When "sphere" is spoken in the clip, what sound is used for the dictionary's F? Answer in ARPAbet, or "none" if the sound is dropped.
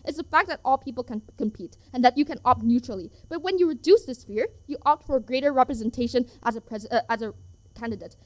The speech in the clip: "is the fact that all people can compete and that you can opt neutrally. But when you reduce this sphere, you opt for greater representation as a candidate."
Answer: F